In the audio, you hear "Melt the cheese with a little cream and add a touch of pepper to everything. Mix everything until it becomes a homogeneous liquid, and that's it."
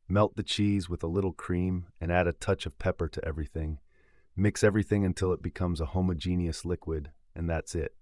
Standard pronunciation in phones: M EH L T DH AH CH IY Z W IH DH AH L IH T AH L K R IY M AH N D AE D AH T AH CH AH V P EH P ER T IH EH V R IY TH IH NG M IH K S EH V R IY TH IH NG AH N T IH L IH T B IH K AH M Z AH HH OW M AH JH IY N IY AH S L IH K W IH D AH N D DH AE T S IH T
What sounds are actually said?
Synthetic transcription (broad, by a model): M EH L T DH AH CH IY Z W IH DH AH L IH T L K R IY M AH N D AE D AH T AH CH AH V P EH P ER T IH EH V R IY TH IH NG M IH K S EH V R IY TH IH NG AH N T IH L IH T B IH K AH M Z AH HH OW M AH JH IY N IY AH S L IH K W IH D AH N DH AE T S IH T